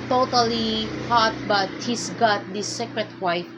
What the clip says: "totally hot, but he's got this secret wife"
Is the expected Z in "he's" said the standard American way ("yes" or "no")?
no